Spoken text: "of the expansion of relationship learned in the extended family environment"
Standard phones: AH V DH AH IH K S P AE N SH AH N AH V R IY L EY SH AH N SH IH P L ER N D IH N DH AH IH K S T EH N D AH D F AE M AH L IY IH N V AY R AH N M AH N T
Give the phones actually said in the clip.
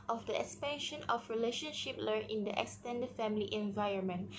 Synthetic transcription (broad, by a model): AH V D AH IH K S P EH N SH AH N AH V R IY L EY SH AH N SH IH P L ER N IH N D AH IH K S T EH N D AH D F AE M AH L IY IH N V AY R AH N M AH N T